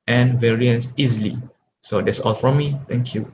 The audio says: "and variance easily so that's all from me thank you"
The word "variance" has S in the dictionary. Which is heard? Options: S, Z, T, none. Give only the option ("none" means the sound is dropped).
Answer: S